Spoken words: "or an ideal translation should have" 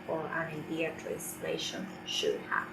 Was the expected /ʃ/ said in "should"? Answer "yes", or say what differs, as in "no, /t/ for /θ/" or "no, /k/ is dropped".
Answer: yes